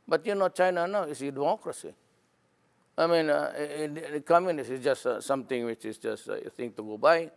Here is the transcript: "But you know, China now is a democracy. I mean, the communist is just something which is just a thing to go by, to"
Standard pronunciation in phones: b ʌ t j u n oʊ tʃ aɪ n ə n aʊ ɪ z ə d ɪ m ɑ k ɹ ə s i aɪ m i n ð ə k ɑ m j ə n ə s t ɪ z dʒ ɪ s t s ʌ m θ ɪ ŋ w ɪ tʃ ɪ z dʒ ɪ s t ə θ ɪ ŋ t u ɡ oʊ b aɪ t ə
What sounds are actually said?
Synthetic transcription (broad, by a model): b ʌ t j u n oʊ tʃ aɪ n ə n aʊ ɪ s ə d ɪ m ɑ k ɹ ə s i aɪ m i n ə k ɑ m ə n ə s ɪ s dʒ ɪ s t s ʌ m t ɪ ŋ w ɪ tʃ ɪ s dʒ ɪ s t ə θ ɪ ŋ t u ɡ oʊ b aɪ